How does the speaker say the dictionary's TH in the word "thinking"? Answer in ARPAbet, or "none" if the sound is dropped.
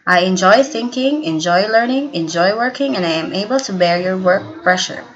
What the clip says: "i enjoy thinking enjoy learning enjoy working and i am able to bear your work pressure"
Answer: TH